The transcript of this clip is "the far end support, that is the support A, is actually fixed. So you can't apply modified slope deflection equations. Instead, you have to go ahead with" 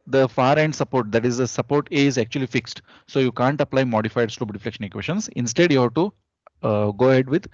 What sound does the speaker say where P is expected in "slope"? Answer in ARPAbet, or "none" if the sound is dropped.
B